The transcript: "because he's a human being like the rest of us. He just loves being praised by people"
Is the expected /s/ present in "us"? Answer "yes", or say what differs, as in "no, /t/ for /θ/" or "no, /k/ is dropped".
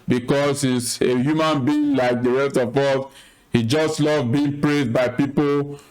no, /θ/ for /s/